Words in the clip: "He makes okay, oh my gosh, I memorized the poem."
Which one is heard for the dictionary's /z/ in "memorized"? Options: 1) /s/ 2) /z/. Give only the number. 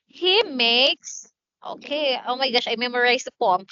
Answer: 1